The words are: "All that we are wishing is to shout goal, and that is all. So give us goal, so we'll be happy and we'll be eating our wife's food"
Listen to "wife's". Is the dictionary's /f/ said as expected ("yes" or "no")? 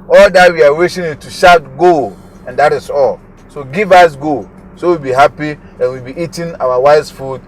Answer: no